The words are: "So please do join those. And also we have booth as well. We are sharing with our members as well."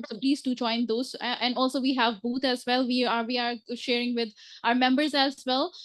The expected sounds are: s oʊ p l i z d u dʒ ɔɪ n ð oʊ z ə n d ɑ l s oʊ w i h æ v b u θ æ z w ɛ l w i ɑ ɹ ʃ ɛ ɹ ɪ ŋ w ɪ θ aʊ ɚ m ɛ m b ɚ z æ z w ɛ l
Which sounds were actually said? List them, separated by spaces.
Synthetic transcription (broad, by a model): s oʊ p l i z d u dʒ ɔɪ n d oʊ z ə n d ɑ l s oʊ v i h æ v b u t æ z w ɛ l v i ɑ ɹ ʃ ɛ ɹ ɪ ŋ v ɪ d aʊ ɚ m ɛ m b ɚ z æ z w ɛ l